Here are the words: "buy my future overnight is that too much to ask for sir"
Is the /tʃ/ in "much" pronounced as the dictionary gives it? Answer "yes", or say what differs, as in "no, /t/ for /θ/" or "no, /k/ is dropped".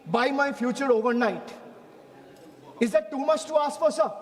no, /s/ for /tʃ/